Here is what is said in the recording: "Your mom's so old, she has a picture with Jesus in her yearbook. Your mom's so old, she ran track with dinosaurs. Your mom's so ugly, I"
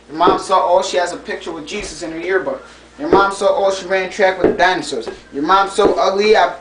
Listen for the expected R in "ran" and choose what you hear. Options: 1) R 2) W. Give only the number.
1